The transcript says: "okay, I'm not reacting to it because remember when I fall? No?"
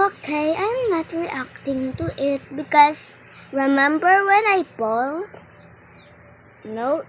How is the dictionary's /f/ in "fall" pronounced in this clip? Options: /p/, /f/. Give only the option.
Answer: /p/